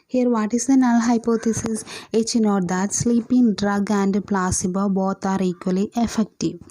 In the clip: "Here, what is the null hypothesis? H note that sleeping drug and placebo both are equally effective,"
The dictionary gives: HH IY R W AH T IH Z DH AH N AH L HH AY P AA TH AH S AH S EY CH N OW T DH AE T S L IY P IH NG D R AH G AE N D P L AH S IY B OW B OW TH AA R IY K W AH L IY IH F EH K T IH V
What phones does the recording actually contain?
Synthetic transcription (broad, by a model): HH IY R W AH T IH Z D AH N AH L HH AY P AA T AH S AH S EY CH N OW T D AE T S L IY P IH NG D R AH G AE N D P L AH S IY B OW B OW T AA R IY K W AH L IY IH F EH K T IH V